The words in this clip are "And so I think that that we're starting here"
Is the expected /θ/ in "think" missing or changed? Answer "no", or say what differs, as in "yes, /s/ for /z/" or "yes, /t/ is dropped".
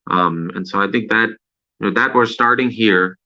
no